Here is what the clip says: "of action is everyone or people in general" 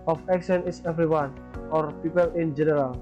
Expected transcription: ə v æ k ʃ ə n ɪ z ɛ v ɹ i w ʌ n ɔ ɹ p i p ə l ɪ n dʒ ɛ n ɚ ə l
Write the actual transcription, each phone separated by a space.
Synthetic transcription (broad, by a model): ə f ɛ k s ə n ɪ s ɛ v ɹ i w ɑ n ɔ ɹ p i p ə l ɪ n dʒ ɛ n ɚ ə l